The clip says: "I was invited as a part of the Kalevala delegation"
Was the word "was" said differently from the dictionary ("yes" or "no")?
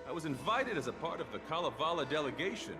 no